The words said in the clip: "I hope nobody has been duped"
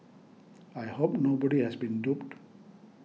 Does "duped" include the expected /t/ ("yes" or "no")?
yes